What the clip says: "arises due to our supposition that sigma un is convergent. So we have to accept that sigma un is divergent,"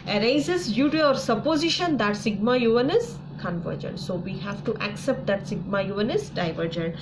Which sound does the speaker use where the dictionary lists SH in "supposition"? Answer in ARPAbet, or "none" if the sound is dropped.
SH